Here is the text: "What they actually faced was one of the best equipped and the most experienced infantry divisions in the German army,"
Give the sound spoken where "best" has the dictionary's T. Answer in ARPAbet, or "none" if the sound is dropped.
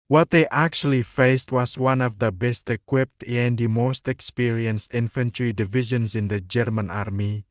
T